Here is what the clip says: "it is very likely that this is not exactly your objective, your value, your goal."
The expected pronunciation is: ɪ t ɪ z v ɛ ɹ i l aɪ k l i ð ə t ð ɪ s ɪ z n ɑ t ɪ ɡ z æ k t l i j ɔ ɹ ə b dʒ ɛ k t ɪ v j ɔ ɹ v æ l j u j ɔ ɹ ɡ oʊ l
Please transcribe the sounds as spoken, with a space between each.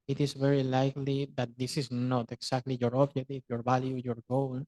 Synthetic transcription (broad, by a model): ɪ t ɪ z v ɛ ɹ i l aɪ k l i ð ə t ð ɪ s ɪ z n ɑ t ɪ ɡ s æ k t l i j ɔ ɹ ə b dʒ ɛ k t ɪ f j ɔ ɹ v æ l j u j ɔ ɹ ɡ oʊ l